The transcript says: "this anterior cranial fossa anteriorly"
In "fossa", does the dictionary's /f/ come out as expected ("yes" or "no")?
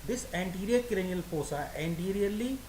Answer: no